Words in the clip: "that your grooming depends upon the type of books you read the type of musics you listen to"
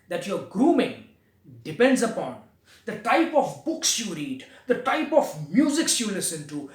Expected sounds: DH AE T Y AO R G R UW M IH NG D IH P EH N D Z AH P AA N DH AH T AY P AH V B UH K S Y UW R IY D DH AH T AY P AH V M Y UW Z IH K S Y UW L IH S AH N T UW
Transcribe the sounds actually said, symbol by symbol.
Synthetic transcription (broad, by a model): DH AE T Y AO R G R UW M IH NG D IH P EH N D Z AH P AA N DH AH T AY P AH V B UH K S Y UW R IY D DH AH T AY P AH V M Y UW Z IH K S Y UW L IH S AH N T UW